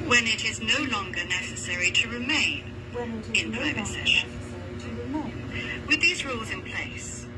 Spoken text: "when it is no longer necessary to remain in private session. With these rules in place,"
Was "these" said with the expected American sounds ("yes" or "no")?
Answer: yes